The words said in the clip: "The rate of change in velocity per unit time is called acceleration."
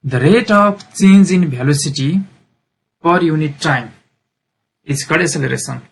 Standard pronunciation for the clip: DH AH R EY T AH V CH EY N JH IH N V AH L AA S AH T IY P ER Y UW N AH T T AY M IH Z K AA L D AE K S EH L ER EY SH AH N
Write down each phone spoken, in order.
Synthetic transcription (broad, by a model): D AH R EY T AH P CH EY N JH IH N B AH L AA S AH T IY P ER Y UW N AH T T AY M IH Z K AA D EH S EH L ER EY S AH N